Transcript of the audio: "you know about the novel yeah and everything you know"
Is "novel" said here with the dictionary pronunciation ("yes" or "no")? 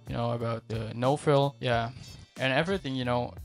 no